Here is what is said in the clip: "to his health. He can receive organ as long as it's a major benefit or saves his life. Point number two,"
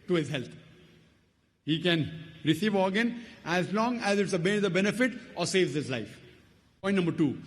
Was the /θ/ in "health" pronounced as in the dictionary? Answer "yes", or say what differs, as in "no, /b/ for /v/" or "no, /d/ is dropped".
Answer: no, /t/ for /θ/